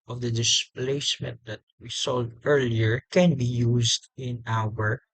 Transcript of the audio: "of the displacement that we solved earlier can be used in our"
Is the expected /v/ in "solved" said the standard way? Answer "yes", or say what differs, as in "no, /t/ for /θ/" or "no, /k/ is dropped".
no, /v/ is dropped